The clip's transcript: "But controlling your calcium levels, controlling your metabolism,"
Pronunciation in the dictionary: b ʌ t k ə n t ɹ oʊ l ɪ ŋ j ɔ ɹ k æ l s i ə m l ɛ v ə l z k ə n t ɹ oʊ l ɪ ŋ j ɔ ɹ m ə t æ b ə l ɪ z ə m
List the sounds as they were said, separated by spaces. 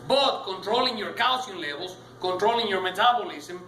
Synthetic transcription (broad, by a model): b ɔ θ k ə n t ɹ oʊ l ɪ ŋ j ɔ ɹ k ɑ w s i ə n l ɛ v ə l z k ə n t ɹ oʊ l ɪ ŋ j ɔ ɹ m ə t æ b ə l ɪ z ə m